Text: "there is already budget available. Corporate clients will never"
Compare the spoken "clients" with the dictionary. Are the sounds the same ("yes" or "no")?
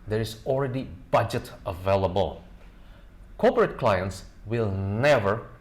yes